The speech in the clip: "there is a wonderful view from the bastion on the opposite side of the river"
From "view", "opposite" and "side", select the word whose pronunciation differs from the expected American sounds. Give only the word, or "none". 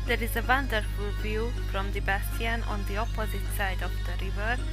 none